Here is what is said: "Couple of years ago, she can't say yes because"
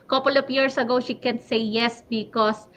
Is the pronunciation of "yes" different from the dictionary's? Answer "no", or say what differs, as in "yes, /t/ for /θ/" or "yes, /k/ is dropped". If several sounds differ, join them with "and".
no